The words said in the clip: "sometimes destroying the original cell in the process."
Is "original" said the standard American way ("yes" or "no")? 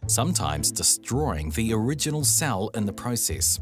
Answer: yes